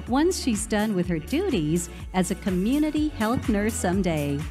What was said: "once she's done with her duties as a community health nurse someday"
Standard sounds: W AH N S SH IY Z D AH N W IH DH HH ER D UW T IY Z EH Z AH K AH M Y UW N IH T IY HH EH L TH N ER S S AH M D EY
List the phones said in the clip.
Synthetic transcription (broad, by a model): W AH N S SH IY Z D AH N W IH DH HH ER D UW T IY Z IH Z AH K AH M Y UW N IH T IY HH EH L TH N ER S S AH M D EY